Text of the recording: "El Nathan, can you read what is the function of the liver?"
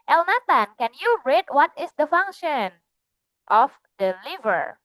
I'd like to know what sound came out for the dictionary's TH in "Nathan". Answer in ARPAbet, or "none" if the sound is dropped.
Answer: T